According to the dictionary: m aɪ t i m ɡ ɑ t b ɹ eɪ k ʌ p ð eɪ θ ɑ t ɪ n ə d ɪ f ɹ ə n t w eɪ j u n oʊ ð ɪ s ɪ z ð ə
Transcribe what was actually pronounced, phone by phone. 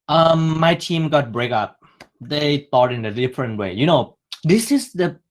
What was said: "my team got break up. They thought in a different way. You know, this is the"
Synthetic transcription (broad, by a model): m aɪ t i m ɡ ɑ t b ɹ eɪ k ʌ p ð eɪ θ ɑ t ɪ n ə d ɪ f ɹ ə n t w eɪ j u n oʊ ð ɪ s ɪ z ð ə